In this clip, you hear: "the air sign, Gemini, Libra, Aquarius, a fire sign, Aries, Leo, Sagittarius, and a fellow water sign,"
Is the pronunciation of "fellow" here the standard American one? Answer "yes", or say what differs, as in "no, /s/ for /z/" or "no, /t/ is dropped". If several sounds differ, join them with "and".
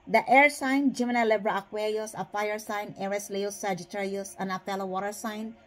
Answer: no, /p/ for /f/